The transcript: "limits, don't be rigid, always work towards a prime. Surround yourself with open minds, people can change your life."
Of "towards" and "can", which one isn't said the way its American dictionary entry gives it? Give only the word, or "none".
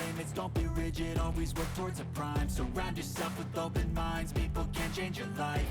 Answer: none